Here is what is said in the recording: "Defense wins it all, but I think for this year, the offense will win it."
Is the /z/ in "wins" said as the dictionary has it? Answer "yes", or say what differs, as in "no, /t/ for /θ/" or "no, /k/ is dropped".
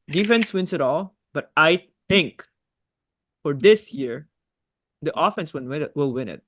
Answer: no, /s/ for /z/